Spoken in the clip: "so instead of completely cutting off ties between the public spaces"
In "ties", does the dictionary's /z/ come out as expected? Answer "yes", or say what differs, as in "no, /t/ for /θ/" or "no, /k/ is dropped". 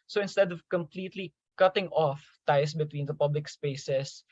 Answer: no, /s/ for /z/